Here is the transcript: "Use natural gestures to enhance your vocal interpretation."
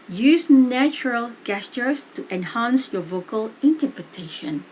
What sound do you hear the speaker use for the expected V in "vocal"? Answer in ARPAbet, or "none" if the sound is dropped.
V